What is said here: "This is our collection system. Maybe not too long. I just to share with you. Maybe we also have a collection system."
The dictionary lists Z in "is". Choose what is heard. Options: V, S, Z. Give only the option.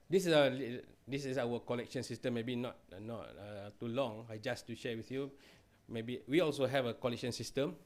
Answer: S